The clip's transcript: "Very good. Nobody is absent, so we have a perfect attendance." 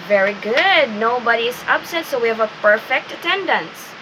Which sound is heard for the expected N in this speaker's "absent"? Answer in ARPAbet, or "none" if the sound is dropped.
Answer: none